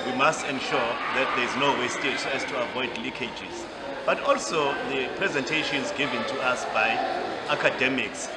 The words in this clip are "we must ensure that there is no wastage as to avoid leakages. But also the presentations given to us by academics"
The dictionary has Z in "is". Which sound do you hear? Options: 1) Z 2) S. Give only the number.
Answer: 1